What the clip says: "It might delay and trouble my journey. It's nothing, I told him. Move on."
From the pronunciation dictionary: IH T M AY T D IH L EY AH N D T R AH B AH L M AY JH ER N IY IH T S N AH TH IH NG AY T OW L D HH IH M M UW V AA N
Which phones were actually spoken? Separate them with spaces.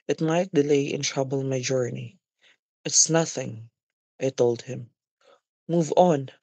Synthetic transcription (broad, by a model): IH T M AY T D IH L EY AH N T R AH B AH L M AY JH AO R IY IH T S N AH TH IH NG AY T OW L D HH IH M M UW V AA N